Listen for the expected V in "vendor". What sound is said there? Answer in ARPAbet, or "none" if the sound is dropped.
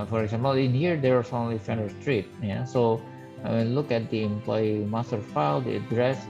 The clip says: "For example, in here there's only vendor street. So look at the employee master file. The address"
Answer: F